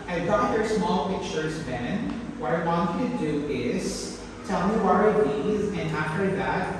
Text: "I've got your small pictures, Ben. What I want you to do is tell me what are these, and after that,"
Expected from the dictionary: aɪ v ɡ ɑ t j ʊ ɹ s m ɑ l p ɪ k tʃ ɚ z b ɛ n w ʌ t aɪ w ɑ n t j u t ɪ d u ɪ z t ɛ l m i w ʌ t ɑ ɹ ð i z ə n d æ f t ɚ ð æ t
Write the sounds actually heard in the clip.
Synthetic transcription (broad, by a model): aɪ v ɡ ɑ t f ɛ ɹ s m ɑ l p ɪ k tʃ ɚ z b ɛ n w ʌ t aɪ w ɑ n t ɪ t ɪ d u ɪ z t ɛ l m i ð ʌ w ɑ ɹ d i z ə n æ f t ɚ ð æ t